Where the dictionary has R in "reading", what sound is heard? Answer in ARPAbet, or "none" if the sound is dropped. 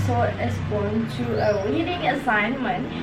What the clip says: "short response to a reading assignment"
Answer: W